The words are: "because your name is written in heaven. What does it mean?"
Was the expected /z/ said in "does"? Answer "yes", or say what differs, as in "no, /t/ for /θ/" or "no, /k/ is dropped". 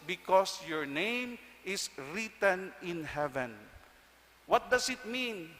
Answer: no, /s/ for /z/